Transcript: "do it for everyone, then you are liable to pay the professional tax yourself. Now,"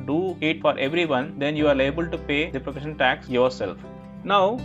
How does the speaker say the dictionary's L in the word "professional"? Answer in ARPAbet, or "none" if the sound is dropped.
N